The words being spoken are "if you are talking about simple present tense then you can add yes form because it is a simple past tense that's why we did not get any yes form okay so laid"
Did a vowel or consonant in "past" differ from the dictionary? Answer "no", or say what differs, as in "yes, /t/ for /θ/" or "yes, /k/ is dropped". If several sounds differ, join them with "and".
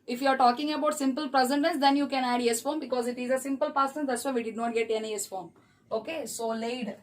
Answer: yes, /s/ is dropped